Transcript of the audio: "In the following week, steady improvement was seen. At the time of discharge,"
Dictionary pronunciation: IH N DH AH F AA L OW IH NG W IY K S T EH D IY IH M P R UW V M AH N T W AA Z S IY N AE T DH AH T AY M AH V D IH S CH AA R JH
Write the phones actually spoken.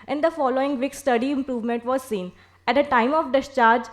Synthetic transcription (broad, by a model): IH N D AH F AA L OW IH NG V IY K S T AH D IY IH M P R UW V M AH N T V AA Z S IY N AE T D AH T AY M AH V D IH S CH AA R JH